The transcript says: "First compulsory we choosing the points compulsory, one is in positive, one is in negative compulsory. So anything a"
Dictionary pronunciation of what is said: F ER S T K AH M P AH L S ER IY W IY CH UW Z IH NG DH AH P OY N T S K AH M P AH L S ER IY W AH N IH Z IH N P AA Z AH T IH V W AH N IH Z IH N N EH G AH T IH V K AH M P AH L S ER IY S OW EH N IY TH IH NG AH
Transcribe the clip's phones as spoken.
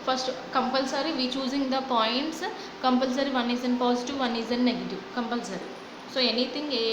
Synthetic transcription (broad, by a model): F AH S T K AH M P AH L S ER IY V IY CH UW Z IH NG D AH P OY N T S K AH M P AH L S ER IY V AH N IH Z IH N P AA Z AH T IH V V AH N IH Z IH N N EH G AH T IH V K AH M P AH L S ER IY S OW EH N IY T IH NG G